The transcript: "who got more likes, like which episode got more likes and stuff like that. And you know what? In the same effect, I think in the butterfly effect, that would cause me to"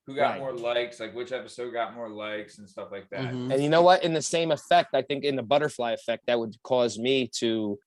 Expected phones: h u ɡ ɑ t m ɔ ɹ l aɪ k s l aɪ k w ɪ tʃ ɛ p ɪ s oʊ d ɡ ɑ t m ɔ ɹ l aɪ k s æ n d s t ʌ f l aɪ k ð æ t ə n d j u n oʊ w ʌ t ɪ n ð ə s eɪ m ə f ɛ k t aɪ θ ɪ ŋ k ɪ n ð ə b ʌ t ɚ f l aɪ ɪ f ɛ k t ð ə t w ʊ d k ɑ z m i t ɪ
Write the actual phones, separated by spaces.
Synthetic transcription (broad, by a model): h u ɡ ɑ m ɔ ɹ l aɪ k s l aɪ k w ɪ tʃ ɛ p ɪ s oʊ d ɡ ɑ t m ɔ ɹ l aɪ k s n s t ʌ f l aɪ k ð æ t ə n j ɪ n oʊ w ʌ t ɪ n ð ə s eɪ m ə f ɛ k t aɪ θ ɪ ŋ k ɪ n ð ə b ʌ t ɚ f l aɪ ɪ f ɛ k t ð ə t w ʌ d k ɑ z m i t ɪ